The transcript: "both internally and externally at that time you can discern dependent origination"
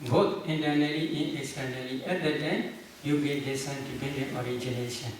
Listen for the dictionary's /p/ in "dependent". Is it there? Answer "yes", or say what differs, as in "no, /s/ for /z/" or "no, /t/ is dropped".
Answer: no, /b/ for /p/